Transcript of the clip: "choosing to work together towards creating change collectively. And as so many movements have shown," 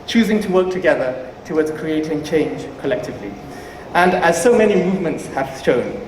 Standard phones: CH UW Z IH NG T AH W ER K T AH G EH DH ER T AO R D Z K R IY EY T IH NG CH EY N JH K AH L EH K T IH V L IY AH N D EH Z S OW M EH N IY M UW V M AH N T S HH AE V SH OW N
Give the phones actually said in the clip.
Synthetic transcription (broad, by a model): CH UW Z IH NG T AH W ER K T AH G EH DH ER T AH W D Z K R IY EY T IH NG CH EY N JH K AH L EH K T IH V L IY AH N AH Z S OW M EH N IY M UW V M AH N T S HH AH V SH OW N